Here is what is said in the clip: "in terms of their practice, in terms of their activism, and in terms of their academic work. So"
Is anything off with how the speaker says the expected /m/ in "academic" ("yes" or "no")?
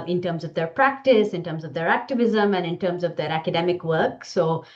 no